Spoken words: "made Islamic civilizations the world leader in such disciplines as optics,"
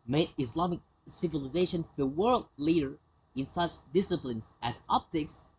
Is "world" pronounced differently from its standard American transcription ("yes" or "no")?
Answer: no